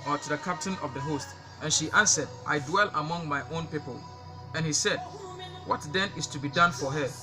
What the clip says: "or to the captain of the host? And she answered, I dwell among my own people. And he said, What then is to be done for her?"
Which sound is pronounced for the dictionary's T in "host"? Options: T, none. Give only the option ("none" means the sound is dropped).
T